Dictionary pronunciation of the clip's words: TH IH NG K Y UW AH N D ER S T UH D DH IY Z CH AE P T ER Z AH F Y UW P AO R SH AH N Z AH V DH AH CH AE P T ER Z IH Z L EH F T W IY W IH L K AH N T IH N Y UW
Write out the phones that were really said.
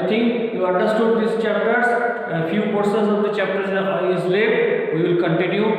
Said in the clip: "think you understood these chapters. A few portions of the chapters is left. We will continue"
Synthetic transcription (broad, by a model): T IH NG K Y UW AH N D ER S T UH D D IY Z CH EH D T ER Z AH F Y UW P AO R S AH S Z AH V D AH CH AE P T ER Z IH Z L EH T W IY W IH L K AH N T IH N Y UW